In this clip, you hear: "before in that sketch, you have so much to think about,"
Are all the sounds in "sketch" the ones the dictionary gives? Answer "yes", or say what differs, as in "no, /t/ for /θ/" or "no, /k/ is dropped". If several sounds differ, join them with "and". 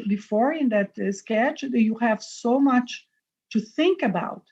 yes